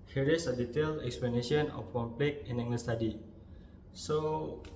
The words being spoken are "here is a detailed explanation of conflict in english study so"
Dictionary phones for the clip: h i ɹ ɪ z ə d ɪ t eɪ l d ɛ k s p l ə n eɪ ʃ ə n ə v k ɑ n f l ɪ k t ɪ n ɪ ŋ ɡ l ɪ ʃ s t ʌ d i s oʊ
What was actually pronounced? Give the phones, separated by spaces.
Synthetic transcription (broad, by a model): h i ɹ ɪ s ə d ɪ t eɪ l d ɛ k s p l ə n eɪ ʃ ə n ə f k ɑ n p l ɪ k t ɪ n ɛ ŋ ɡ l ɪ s t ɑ d i s oʊ